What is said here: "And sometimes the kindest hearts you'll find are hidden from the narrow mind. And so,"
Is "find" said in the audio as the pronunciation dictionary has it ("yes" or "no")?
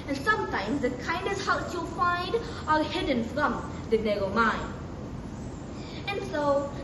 yes